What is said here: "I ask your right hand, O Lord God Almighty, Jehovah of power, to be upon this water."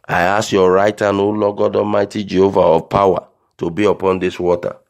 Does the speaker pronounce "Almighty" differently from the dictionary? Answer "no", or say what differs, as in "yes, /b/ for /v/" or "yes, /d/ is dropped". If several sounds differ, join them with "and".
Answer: yes, /l/ is dropped